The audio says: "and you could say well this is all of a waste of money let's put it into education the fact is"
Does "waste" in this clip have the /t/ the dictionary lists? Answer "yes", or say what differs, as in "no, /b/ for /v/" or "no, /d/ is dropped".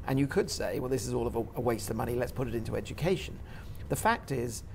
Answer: yes